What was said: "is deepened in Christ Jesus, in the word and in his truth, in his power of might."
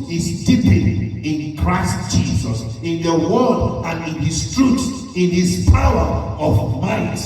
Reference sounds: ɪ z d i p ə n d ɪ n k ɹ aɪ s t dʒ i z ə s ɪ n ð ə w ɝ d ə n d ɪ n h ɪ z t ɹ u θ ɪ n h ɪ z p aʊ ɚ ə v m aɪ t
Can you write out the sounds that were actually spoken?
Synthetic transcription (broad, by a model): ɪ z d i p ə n ɪ n k ɹ aɪ s t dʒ i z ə s ɪ n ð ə w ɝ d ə n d ɪ n h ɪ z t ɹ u s ɪ n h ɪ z p aʊ ɚ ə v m aɪ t